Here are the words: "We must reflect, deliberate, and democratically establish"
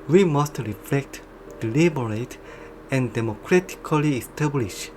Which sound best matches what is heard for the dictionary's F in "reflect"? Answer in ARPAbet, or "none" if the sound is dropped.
F